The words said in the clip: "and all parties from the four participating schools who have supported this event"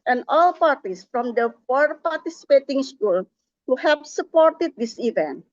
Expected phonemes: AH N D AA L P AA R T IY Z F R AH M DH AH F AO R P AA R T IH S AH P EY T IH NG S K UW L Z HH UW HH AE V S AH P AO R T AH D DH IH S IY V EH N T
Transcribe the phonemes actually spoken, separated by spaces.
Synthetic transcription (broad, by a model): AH N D AA L P AA R T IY S F R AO M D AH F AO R P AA R T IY S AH P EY T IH NG S K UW L HH UW HH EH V S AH P AO R T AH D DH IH S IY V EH N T